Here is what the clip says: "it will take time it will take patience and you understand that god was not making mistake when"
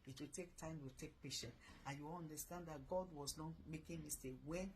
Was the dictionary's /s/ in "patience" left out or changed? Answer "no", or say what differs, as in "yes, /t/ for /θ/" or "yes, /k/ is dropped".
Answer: yes, /s/ is dropped